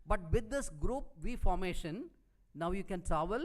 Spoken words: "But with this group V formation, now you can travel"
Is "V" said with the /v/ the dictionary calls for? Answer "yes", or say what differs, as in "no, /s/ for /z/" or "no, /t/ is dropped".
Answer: yes